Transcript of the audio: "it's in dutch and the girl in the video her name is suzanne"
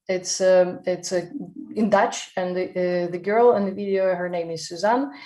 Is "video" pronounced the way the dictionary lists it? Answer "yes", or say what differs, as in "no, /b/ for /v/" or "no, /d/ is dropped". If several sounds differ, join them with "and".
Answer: yes